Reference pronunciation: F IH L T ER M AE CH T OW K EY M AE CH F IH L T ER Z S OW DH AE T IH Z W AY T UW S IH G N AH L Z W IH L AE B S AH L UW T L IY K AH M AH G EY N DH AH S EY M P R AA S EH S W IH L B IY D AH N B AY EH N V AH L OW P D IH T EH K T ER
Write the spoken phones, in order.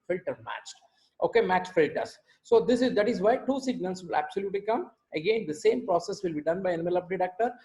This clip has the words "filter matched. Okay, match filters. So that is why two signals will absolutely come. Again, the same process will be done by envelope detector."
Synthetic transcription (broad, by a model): F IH L T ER M AE CH T OW K EY M AE CH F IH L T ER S S OW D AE T IH Z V AY T UW S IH G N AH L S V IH L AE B S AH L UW T L IY K AH M AH G EY N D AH S EY M P R AA S EH S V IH L B IY D AH N B AY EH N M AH L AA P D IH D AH K T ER